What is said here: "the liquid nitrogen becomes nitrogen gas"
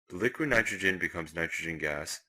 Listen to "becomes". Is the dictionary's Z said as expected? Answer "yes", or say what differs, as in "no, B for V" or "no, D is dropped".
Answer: yes